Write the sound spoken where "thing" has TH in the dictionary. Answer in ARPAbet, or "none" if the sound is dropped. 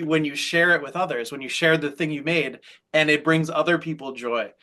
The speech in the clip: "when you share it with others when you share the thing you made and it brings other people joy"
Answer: TH